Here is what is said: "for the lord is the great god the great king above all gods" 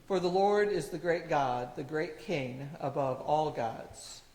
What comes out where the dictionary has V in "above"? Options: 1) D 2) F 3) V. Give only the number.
3